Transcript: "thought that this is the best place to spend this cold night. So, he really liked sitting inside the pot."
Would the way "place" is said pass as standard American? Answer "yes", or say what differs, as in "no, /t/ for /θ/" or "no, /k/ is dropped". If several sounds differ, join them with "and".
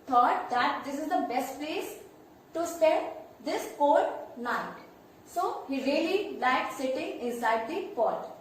no, /l/ is dropped